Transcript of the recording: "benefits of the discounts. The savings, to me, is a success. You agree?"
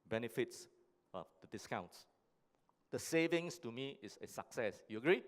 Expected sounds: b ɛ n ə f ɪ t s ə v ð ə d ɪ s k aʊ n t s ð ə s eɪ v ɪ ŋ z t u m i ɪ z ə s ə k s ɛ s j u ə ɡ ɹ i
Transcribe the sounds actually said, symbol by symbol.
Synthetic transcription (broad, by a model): b ɛ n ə f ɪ t s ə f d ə d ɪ s k aʊ n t s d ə s eɪ v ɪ ŋ s t u m i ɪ s ə s ə k s ɛ s j u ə ɡ ɹ i